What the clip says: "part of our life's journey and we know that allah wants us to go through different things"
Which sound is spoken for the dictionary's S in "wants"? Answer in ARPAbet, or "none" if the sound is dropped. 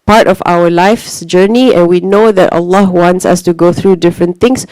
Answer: S